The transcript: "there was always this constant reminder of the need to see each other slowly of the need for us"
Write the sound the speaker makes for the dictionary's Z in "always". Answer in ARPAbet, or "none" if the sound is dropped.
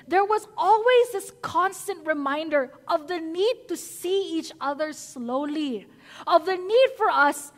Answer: Z